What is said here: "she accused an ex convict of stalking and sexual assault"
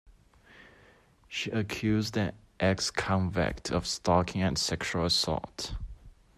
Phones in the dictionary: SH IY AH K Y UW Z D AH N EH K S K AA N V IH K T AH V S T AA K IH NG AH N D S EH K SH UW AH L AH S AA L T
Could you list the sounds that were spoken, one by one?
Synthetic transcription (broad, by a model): SH IY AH K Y UW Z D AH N EH K S K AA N V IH K T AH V S T AA K IH NG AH N S EH K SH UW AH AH S AA T